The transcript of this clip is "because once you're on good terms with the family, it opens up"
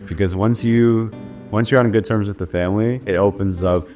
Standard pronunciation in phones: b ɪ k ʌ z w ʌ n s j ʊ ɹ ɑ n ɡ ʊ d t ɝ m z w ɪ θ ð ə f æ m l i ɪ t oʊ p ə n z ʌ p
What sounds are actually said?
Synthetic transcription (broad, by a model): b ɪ k ʌ z w ʌ n s j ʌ ɹ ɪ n ɡ ʊ d t ɝ m z w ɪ ð ə f æ m l i ɪ t oʊ p ə n z ʌ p